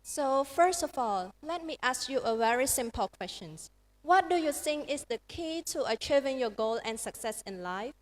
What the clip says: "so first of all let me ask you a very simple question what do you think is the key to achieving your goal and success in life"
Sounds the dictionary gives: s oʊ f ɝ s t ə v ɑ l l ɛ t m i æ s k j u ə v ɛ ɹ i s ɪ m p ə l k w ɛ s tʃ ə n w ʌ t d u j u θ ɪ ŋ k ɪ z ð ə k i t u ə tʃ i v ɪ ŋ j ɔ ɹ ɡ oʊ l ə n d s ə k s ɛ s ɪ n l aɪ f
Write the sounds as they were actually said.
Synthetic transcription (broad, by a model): s oʊ f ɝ s t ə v ɑ l l ɛ t m i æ s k j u ə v ɛ ɹ i s ɪ m p ə l k w ɛ s tʃ ə n w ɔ t d u j u s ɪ ŋ ɪ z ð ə k i t u ə tʃ i v ɪ ŋ j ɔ ɡ oʊ l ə n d s ə k s ɛ s ɪ n l aɪ f